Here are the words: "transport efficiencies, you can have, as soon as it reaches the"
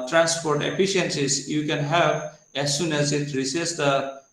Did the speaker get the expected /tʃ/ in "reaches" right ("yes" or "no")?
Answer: no